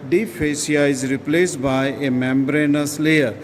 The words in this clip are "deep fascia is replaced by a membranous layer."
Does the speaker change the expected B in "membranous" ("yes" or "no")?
no